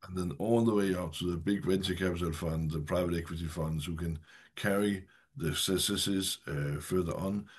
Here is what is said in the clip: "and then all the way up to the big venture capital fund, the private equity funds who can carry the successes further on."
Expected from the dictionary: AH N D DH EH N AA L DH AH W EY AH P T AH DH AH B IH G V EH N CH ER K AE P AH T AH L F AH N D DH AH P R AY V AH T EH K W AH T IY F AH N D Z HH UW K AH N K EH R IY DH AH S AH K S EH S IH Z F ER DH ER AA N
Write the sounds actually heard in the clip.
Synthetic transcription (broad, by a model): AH N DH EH N AA L DH AH W EY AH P T AH DH AH B IH G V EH N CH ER K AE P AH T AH L F AH N D DH AH P R AY V AH T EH K W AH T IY F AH N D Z HH UW K AH N K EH R IY DH AH S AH S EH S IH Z F ER DH ER N